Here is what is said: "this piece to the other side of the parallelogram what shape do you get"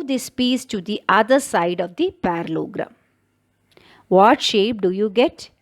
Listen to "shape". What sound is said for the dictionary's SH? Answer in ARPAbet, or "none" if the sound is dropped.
SH